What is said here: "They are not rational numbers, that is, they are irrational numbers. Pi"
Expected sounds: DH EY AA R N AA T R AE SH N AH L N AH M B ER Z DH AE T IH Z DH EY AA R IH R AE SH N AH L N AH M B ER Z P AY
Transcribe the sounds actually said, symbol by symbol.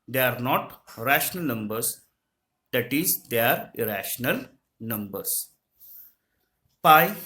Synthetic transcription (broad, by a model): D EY AA R N AA T R AE SH N AH L N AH M B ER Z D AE T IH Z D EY AA R IH R AE SH N AH L N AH M B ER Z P AY